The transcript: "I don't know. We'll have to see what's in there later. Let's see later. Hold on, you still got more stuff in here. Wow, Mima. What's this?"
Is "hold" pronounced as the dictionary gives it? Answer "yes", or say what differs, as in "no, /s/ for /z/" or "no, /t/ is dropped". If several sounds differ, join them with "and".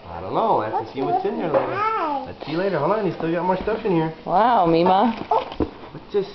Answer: no, /d/ is dropped